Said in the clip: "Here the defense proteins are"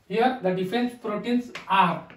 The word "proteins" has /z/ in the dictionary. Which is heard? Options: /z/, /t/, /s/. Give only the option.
/s/